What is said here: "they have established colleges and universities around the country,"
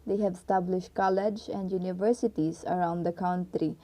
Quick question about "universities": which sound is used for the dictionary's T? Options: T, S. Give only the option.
T